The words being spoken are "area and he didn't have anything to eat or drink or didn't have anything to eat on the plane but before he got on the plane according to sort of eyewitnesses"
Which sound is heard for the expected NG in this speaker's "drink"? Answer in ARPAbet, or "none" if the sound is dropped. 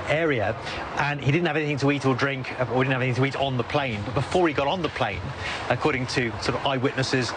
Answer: NG